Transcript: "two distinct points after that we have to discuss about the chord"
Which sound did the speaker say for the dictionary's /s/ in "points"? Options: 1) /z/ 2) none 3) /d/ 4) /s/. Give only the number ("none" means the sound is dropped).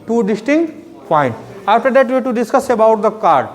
2